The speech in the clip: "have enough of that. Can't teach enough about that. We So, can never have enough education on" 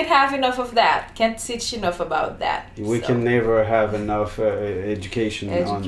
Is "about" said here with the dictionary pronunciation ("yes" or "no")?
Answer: yes